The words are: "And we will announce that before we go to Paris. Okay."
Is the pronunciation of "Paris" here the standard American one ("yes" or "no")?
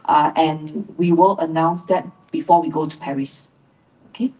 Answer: yes